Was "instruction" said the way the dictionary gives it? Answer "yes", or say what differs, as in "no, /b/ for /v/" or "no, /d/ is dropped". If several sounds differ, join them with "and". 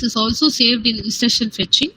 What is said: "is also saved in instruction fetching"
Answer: no, /n/ is dropped and /ɹ/ is dropped and /k/ is dropped